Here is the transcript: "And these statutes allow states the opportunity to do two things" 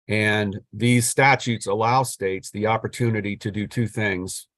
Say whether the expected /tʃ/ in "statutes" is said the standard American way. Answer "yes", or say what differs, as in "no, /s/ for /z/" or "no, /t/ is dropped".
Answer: yes